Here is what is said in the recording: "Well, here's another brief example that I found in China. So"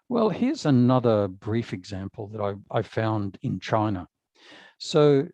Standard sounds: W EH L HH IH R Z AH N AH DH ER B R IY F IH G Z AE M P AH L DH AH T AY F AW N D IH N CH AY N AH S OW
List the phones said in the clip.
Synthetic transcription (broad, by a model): W EH L HH IH R Z AH N AH DH ER B R IY F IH G Z AE M P L DH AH T AY F AW N D IH N CH AY N AH S OW